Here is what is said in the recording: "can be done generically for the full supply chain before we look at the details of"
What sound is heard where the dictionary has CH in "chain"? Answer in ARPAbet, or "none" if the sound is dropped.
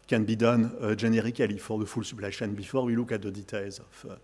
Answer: SH